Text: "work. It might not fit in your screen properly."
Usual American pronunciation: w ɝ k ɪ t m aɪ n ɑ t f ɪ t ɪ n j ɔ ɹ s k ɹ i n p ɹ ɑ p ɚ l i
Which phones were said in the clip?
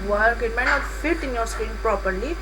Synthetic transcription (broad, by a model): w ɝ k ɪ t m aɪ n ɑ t f ɪ t ɪ n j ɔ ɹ s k i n p ɹ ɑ p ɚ l i